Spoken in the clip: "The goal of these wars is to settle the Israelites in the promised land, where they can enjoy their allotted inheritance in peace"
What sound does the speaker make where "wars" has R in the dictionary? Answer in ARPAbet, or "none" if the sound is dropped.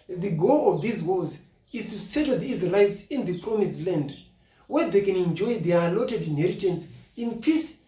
L